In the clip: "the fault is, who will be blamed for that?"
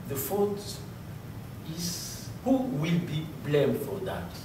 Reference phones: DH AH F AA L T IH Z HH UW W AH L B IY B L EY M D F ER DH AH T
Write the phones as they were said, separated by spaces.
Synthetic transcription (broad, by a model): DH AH F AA T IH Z HH UW W AH L B IY B L EY M D F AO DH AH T